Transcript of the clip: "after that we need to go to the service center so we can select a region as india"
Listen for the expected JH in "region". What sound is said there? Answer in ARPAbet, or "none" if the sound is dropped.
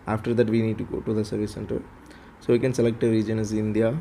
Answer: JH